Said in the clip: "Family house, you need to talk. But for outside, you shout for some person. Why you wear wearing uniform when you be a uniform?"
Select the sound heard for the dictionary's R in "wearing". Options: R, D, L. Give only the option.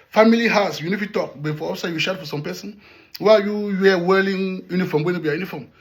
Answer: L